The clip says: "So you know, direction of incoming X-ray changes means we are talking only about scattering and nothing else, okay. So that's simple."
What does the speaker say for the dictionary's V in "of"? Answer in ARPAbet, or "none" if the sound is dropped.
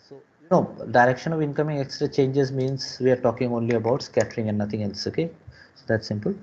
V